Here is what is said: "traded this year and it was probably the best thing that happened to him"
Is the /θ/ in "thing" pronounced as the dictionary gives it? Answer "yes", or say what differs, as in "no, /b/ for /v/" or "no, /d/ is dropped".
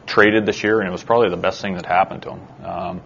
yes